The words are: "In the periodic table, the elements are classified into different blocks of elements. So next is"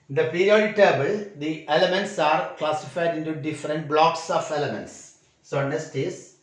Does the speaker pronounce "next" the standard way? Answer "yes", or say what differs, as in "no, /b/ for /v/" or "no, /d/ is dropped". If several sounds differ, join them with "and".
no, /k/ is dropped